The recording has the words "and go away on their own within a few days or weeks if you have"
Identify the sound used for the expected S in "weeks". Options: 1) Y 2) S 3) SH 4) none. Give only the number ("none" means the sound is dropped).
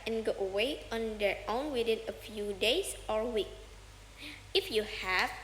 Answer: 4